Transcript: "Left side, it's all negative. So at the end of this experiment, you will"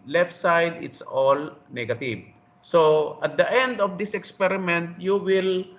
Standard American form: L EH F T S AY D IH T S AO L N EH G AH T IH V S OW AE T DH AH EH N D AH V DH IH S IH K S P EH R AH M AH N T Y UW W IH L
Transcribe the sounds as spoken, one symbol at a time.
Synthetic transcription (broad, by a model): L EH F T S AY D IH T S AO L N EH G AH T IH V S OW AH T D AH EH N D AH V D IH S IH K S P EH R AH M AH N T Y UW W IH L